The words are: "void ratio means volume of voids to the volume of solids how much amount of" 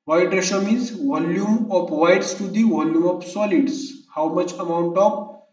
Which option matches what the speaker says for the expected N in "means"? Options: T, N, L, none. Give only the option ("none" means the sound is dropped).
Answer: none